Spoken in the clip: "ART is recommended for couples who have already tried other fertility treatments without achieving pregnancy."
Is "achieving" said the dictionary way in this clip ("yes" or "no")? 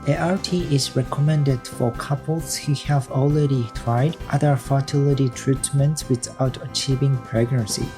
yes